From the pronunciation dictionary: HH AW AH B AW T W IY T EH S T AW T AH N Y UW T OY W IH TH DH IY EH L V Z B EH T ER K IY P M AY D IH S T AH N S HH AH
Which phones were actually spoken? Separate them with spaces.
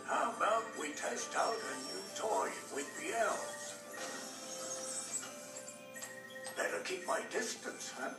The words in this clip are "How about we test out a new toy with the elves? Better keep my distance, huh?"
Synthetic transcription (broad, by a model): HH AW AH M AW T W IY T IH S T AW T AH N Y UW T OY W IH DH IY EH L Z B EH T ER K IY P M AY D IH S T AH N S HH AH